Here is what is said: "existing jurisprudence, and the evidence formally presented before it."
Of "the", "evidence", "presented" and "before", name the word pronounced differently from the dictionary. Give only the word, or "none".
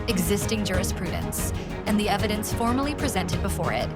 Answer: none